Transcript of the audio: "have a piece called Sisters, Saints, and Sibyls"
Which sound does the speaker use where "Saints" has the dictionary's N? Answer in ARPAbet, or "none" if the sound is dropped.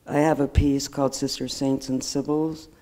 N